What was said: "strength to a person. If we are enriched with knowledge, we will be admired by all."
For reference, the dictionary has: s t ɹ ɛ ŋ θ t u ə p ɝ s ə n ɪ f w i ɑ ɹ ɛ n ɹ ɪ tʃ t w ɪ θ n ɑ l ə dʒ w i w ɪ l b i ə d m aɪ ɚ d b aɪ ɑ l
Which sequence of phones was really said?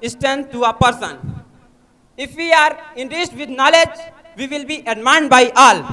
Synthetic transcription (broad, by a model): s t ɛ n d t u ə p ɝ s ə n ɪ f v i ɑ ɹ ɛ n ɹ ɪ s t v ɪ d n ɑ l ə dʒ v i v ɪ l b i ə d m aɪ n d b aɪ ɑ l